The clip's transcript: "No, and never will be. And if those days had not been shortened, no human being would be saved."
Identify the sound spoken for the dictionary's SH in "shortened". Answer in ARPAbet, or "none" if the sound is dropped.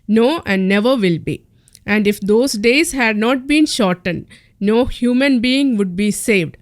SH